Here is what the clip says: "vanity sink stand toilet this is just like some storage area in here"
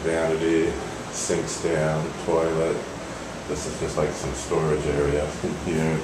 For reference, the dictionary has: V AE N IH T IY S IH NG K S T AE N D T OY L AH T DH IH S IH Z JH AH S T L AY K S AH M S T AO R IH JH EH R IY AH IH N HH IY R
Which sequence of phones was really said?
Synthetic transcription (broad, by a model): V AE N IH T IY S IH NG K S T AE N T OY L AH T DH IH S IH Z JH AH S T L AY K S AH M S T AO R IH JH EH R IY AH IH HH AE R